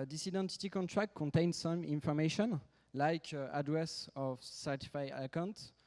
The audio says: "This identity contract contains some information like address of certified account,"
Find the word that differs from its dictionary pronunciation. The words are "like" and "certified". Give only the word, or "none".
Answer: certified